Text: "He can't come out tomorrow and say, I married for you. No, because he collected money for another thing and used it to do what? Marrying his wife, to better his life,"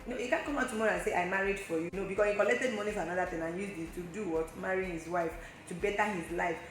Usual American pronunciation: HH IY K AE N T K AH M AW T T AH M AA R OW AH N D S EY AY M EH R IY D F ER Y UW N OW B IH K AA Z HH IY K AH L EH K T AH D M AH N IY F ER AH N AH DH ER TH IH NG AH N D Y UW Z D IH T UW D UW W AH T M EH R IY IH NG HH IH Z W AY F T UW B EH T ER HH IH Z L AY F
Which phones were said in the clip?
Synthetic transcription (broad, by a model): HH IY K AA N K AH M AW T T AH M AA R OW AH N S EY AY M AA R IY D F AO Y UW N OW B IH K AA S HH IY K AH L EH K T AH D M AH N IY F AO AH N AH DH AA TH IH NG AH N Y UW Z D IH T UW D UW W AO T M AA R IY HH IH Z W AY F T UW B EH T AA HH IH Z L AY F